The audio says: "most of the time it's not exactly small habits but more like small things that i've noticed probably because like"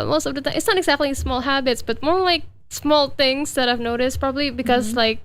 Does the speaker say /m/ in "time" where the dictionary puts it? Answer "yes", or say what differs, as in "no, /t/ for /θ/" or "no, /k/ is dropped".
no, /m/ is dropped